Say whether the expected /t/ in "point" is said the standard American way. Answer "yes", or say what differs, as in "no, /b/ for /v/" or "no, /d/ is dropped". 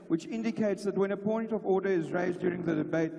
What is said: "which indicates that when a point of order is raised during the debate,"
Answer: yes